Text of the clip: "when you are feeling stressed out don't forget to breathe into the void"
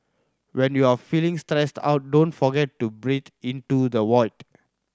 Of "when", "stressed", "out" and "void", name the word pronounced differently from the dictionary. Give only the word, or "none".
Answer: void